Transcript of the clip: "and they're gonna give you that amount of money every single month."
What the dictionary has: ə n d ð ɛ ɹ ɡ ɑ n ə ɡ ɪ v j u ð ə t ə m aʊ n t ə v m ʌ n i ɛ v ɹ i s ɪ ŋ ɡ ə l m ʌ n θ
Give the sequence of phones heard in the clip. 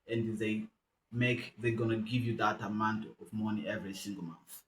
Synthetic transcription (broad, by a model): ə n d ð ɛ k ɡ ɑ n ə ɡ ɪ v j u ð ə t ə m aʊ n t ə v m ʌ n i ɛ v ɹ i s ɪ ŋ ɡ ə l m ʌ n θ